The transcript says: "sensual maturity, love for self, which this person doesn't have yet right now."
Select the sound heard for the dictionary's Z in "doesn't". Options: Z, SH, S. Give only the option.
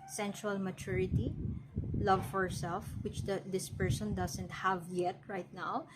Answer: S